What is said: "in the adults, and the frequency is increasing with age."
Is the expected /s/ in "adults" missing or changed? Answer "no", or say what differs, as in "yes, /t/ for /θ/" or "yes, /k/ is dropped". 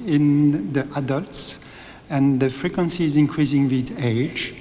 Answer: no